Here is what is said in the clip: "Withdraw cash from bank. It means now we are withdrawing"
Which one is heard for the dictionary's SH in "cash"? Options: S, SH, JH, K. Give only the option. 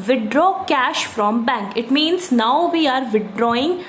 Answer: SH